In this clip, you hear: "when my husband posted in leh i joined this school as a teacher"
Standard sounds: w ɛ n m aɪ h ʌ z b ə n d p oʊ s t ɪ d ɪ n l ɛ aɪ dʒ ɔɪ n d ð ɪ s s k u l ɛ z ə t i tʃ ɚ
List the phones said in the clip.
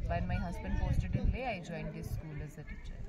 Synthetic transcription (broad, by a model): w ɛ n m aɪ h ʌ z b ə n d f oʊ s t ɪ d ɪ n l ɛ aɪ dʒ ɔɪ n d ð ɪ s s k u l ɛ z ə t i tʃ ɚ